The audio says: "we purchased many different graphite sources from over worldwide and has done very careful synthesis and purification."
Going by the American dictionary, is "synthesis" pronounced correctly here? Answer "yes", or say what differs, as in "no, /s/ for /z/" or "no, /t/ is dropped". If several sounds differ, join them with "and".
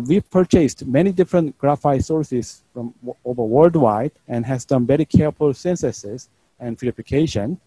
no, /s/ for /θ/